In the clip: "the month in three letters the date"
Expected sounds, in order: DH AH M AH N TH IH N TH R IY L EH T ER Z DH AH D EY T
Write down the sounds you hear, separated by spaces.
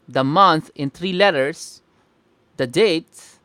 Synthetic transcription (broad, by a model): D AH M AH N T IH N T R IY L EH T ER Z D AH D EY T